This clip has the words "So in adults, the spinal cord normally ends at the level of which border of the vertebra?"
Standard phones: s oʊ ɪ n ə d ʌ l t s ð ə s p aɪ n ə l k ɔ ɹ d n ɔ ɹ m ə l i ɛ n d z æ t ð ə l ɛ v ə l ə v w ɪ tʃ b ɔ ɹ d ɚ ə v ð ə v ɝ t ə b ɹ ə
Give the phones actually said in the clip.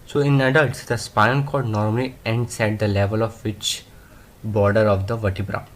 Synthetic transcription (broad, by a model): s oʊ ɪ n ə d ʌ l t s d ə s p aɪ ə n k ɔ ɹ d n ɔ ɹ m ə l i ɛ n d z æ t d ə l ɛ v ə l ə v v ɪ tʃ b ɔ ɹ d ɚ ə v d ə v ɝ t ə b ɹ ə